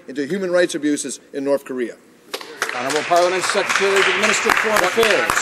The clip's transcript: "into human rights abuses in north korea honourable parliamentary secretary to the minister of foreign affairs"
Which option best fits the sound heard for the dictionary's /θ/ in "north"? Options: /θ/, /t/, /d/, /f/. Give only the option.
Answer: /θ/